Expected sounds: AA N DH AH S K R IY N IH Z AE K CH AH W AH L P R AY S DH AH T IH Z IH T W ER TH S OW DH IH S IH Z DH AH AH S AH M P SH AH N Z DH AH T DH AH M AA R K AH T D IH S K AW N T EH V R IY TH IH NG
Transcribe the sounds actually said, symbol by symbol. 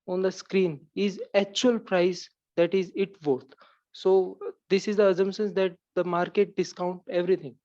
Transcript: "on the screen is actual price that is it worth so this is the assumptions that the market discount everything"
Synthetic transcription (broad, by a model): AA N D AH S K R IY N IH Z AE K CH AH AH L P R AY S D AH T IH Z IH T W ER T S OW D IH S IH Z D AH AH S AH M SH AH N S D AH T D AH M AA R K AH T D IH S K AW N T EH V R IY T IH NG